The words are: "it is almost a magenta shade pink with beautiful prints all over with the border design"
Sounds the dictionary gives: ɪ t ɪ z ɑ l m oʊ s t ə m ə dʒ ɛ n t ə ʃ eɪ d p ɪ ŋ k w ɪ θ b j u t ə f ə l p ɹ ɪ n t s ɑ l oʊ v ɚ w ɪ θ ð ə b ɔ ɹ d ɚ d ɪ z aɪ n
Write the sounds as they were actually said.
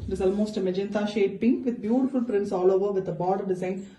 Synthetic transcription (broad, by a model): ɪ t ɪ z ɑ l m oʊ s t ə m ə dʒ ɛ n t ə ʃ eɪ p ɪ ŋ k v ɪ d b j u t ə f ə l p ɹ ɪ n t s ɑ l oʊ v ɚ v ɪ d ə b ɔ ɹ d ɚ d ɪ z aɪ n